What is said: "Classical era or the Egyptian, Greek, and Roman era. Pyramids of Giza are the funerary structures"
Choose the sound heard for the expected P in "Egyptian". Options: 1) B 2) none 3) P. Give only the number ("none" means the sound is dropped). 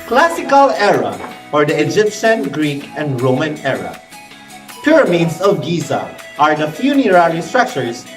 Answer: 3